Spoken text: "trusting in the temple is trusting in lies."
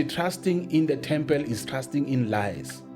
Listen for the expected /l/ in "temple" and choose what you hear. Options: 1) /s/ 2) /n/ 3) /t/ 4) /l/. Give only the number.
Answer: 4